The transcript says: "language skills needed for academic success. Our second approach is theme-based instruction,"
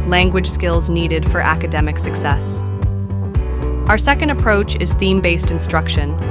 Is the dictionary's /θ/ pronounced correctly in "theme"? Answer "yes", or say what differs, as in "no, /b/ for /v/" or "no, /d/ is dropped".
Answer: yes